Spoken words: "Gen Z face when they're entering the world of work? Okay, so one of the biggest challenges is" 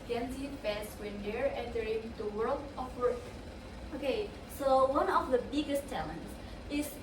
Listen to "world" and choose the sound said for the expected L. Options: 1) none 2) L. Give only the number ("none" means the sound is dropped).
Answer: 2